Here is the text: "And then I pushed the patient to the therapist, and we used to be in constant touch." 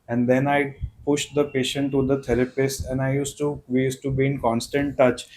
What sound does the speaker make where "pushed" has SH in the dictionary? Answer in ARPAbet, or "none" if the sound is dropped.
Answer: SH